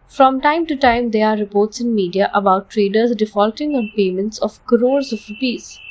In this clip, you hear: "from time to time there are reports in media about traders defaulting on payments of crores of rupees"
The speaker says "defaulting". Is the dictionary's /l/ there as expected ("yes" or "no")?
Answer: yes